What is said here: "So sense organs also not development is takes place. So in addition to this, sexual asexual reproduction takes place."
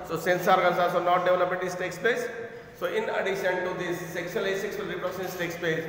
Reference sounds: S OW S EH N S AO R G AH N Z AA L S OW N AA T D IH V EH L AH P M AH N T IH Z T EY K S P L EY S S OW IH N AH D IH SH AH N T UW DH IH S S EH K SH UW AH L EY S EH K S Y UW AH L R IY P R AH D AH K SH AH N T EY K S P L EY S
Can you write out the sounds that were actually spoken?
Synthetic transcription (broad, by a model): S OW S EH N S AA R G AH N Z AA L S OW N AA T D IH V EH L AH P AH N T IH S T EY K S P L EY S S OW IH N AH D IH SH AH N T UW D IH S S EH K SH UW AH L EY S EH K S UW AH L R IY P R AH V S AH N T EY K S P L EY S